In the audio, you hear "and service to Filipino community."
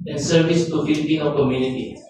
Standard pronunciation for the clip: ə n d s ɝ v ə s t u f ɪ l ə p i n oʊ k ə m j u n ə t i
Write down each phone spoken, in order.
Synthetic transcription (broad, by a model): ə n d s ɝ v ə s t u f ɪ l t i oʊ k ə m j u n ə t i